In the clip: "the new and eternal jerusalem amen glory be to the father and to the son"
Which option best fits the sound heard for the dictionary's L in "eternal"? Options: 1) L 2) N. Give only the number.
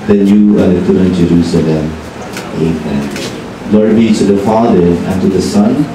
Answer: 2